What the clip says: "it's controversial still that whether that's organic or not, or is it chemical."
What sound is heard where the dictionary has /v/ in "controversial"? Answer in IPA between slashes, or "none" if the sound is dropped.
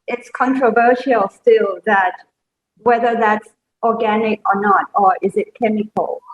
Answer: /v/